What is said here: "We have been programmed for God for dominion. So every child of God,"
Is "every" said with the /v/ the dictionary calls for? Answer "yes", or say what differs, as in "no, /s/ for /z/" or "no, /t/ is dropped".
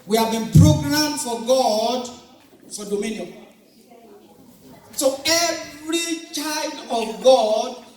yes